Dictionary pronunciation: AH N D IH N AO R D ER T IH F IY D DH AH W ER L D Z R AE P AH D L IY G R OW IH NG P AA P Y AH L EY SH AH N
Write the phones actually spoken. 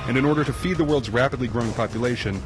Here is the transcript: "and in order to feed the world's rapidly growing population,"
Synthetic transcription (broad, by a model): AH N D IH N AO R D ER T IH F IY D DH AH W ER L D Z R AE P AH D L IY G R OW IH NG P AA P Y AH L EY SH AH N